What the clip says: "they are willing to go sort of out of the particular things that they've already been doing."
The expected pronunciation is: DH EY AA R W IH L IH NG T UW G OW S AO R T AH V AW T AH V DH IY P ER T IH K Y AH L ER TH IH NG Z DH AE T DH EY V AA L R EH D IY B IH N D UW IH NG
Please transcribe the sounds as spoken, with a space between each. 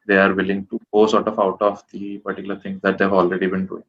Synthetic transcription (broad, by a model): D EY AA R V IH L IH NG T UW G OW S AO R T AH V AW T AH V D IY P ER T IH K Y L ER T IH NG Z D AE T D EY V AA L R EH D IY B IH N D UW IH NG